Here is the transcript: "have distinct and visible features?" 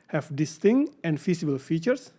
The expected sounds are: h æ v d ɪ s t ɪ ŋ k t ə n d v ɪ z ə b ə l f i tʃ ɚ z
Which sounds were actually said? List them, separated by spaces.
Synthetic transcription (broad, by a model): h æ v d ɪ s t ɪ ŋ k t ə n d f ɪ s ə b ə l f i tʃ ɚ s